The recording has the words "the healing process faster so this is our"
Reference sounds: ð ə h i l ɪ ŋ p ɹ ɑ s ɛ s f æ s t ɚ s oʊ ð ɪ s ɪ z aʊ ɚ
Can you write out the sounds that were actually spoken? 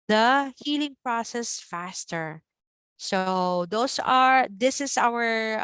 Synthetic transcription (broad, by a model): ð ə h i l ɪ ŋ p ɹ ɑ s ɛ s f æ s t ɚ s oʊ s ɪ s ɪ s aʊ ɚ